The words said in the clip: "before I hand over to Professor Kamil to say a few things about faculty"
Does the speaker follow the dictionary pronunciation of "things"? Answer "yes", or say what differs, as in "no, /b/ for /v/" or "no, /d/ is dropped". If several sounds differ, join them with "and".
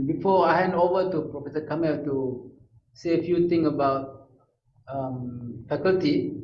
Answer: no, /t/ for /θ/ and /z/ is dropped